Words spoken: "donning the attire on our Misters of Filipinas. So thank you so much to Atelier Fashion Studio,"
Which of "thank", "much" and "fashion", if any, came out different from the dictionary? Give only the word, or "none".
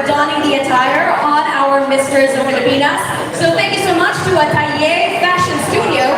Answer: none